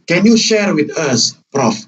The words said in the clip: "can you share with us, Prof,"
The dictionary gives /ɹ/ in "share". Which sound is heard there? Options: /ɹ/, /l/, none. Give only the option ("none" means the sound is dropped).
/ɹ/